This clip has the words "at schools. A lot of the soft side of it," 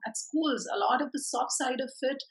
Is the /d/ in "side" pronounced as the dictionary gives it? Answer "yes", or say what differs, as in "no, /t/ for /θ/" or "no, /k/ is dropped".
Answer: yes